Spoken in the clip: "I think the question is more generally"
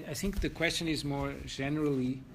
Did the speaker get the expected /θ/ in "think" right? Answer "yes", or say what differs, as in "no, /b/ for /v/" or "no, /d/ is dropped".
yes